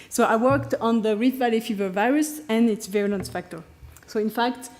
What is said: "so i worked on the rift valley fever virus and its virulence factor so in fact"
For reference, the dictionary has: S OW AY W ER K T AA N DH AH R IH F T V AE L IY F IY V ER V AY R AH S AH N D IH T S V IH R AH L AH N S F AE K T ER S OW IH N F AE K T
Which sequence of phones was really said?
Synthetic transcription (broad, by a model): S OW AY W ER K T AA N DH AH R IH T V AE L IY F IY V ER V AY R AH S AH N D IH T S V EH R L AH N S F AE K T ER S OW IH N F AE K T